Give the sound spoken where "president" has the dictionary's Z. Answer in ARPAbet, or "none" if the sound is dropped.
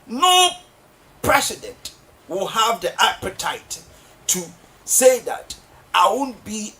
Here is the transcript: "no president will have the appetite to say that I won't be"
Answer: S